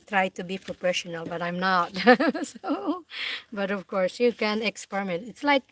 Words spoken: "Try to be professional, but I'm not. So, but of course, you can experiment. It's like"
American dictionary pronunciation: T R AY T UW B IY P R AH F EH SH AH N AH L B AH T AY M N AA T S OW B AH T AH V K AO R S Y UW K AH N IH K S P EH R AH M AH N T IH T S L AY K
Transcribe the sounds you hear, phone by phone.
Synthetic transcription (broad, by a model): T R AY T UW B IY P R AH P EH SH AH N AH L B AH T AY M N AA T S OW B AH T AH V K AO R S Y UW K AH N IH K S P EH R AH M AH N T IH T S L AY K